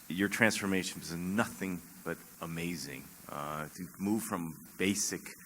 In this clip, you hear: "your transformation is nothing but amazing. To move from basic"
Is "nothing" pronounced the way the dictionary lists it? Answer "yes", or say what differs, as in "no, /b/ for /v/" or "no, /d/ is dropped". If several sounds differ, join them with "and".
yes